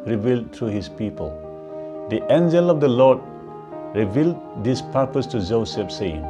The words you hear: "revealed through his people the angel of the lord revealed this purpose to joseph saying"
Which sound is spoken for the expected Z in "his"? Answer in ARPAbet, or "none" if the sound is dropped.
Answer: S